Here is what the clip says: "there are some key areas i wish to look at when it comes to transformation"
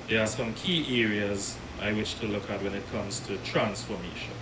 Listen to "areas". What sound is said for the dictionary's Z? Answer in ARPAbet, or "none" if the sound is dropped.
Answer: Z